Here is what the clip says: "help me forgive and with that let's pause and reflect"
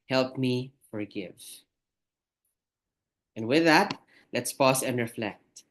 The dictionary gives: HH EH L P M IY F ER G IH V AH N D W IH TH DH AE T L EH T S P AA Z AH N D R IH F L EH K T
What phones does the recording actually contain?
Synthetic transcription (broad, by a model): HH EH L P M IY F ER G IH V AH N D W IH DH AE T L EH T S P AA S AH N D R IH F L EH K T